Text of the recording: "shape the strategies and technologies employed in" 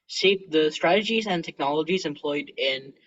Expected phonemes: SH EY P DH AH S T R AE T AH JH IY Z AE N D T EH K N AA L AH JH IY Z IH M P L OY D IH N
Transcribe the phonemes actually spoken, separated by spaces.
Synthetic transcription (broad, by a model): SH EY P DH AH S T R AE T AH JH IY Z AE N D T EH K N AA L AH JH IY Z IH M P L OY D IH N